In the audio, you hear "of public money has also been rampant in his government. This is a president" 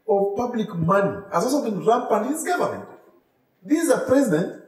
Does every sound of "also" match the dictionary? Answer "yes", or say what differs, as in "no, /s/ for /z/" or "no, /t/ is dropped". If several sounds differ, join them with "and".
no, /l/ is dropped